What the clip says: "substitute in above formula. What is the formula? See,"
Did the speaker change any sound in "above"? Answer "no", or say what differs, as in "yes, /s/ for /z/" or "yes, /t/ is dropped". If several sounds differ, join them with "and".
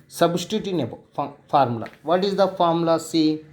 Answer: yes, /f/ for /v/